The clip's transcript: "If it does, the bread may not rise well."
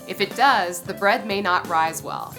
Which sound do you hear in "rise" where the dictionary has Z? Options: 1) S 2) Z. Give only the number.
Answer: 2